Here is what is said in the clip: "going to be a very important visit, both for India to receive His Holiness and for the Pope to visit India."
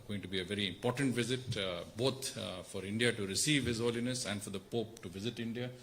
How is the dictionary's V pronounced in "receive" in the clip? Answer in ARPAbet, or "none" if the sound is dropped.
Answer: V